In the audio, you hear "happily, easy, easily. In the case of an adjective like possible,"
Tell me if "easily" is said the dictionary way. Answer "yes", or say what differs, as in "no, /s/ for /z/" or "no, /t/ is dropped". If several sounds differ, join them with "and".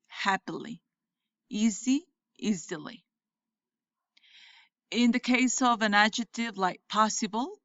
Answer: yes